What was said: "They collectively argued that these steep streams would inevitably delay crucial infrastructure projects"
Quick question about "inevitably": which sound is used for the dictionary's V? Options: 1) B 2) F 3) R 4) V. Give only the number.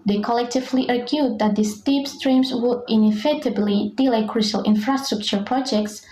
2